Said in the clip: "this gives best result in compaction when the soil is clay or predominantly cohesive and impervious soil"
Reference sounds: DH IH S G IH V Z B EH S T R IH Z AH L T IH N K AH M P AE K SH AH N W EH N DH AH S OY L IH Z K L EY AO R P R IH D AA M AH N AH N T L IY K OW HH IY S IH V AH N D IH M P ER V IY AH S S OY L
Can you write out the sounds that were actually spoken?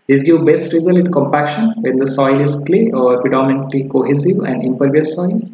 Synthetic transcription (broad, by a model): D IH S G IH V B EH S T R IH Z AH L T K AH M P AE K SH AH N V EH N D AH S OY L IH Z K L EY AO R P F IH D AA M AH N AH T L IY K OW HH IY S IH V AH N D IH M P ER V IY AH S S OY L